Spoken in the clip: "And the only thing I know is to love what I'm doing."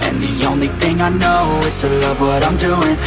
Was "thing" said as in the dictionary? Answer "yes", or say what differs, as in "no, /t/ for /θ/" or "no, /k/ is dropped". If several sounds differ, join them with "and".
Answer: yes